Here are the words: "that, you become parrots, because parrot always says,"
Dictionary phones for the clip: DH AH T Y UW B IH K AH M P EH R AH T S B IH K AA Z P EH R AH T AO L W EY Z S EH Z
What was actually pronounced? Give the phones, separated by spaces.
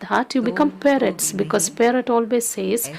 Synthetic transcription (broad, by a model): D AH T Y UW B IH K AH M P EH R AH T S B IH K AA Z P EH R AH T AO L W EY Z S EH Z